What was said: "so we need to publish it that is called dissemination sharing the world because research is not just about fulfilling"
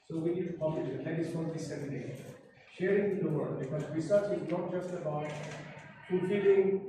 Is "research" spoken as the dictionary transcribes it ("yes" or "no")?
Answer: no